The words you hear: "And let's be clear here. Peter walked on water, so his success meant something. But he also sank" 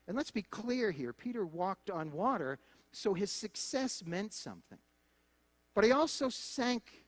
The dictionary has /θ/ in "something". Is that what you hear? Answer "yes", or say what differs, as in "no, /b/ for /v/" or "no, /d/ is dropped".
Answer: yes